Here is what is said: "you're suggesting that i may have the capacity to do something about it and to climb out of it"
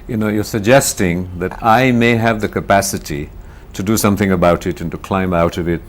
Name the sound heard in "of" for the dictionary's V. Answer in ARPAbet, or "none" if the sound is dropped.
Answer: V